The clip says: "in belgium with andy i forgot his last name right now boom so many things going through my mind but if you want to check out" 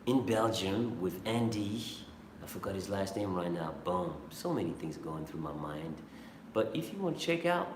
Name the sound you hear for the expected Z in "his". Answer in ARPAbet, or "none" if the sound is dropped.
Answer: Z